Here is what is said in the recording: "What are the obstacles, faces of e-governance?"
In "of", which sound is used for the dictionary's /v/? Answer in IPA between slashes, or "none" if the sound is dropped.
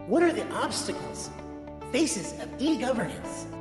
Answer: /v/